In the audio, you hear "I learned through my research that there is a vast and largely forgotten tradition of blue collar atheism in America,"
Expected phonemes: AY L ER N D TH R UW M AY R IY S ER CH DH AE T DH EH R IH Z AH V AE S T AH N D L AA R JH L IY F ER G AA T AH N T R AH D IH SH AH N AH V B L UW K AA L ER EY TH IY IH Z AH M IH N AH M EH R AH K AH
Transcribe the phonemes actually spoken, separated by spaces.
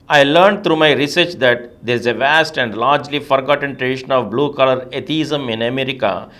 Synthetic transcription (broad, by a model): AY L ER N D T R UW M AY R IY S ER CH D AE T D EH R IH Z AH V AE S T AH N D L AA R JH L IY F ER G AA T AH N T R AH D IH SH AH N AH V B L UW K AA L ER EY T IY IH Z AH M IH N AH M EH R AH K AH